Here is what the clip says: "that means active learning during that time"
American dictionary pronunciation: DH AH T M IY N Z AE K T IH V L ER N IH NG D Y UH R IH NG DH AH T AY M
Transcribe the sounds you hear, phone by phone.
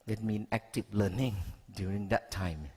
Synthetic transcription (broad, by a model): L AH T M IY N AE K T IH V L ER N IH NG D Y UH R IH NG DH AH T AY M